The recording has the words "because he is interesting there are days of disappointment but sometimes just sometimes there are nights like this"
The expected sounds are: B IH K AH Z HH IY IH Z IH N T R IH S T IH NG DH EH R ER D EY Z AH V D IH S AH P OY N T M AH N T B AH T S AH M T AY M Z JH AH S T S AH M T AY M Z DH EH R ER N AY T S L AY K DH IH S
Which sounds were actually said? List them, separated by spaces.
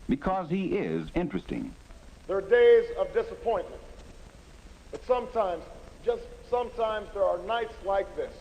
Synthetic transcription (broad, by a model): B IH K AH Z HH IY IH Z IH N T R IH S T IH NG DH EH R D EY Z AH V D IH S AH P OY N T M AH N T B AH T S AH M T AY M Z JH AH S T S AH M T AY M Z DH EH R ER N AY T S L AY K DH IH S